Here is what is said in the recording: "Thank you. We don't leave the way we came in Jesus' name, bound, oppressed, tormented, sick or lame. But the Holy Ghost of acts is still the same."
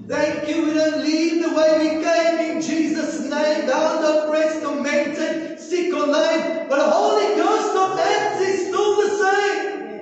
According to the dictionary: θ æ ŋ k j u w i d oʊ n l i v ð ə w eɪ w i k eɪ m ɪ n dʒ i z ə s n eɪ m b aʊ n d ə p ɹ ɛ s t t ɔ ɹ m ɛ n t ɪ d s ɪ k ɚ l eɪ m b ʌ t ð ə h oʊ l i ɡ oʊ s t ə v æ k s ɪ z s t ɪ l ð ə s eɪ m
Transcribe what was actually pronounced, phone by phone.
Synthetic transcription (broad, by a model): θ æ ŋ k j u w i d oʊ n l i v ð ə w eɪ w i k eɪ m ɪ n dʒ i z ə s n eɪ m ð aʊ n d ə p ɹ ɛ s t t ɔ m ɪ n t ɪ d s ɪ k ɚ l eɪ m b ʌ t ð ə h oʊ l i ɡ oʊ s t ə v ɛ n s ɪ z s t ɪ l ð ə s eɪ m